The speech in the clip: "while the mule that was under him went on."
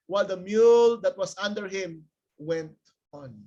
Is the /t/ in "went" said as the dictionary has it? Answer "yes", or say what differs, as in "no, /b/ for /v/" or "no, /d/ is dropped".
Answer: yes